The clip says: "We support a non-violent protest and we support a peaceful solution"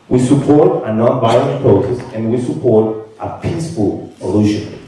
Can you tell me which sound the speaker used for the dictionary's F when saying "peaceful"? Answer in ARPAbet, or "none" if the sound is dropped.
P